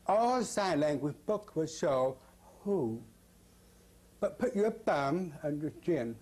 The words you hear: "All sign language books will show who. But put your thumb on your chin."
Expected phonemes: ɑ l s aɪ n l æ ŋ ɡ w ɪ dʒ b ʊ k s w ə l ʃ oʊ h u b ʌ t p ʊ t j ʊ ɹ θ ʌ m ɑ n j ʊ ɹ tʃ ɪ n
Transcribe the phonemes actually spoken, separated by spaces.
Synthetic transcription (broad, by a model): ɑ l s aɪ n l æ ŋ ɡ w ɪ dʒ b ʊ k w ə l ʃ oʊ h u b ʌ t p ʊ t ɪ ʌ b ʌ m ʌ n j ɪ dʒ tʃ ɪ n